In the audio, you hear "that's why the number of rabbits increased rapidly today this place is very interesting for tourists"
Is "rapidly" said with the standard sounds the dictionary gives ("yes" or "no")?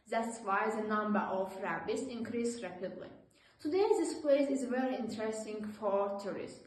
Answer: yes